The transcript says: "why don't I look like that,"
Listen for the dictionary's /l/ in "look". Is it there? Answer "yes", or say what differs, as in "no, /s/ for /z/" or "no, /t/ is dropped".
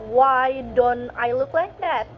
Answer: yes